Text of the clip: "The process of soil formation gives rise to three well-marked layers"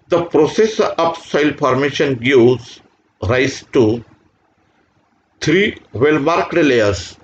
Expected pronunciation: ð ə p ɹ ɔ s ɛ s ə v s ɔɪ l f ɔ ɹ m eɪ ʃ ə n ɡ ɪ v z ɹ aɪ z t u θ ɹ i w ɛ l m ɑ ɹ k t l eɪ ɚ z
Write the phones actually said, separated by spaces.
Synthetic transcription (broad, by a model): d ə p ɹ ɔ s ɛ s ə p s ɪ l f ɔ ɹ m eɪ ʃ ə n ɡ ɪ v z ɹ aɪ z t u t ɹ i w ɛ l m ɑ ɹ k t l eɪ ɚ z